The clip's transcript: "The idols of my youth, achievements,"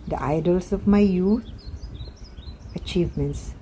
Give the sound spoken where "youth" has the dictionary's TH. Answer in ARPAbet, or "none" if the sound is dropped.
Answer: T